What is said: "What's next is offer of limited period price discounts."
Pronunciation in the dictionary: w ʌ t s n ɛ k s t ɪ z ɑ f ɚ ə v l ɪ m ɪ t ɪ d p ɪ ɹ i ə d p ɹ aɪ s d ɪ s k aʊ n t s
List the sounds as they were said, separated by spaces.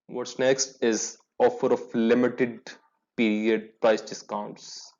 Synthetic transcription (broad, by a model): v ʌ t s n ɛ k s t ɪ z ɑ f ɚ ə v l ɪ m ɪ t ɪ d p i ɹ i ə d p ɹ aɪ s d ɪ s k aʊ n t s